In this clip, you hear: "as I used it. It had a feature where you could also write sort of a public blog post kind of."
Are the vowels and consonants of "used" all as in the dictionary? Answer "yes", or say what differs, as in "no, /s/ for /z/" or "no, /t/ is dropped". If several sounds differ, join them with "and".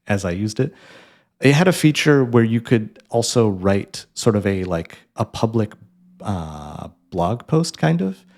yes